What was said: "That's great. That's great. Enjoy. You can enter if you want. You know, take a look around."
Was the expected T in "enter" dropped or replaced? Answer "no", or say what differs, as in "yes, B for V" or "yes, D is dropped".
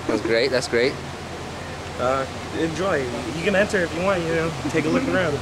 yes, S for T